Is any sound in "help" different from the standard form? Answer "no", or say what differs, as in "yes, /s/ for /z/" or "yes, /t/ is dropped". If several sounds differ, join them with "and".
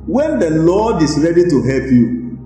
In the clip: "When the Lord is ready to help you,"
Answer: no